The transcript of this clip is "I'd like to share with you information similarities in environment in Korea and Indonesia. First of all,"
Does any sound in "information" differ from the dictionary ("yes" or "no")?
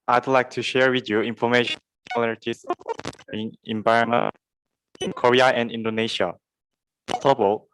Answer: yes